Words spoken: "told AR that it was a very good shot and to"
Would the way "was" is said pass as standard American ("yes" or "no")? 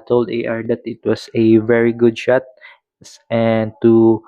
no